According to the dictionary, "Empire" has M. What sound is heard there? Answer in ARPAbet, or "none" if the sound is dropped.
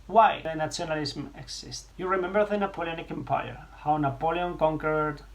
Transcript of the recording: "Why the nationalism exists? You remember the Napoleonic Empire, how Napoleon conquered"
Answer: M